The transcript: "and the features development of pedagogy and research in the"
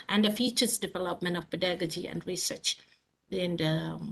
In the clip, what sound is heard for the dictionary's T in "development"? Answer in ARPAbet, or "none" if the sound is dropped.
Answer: T